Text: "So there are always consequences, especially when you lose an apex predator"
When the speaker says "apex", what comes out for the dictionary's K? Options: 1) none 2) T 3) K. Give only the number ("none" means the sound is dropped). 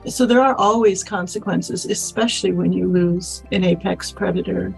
3